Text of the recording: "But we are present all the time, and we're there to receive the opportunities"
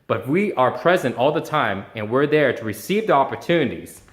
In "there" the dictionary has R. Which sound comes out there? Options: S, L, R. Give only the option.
R